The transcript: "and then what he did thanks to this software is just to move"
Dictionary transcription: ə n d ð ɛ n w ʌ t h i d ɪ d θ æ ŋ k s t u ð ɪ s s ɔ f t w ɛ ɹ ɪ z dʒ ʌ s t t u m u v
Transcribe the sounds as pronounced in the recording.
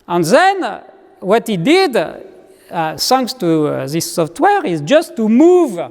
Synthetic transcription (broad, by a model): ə n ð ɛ n w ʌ t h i d ɪ d s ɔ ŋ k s t u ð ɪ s s ɔ f t w ɛ ɹ ɪ z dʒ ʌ s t t u m u v